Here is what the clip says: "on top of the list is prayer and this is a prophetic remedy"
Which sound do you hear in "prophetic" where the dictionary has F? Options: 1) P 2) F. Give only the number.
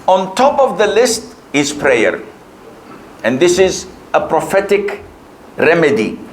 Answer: 2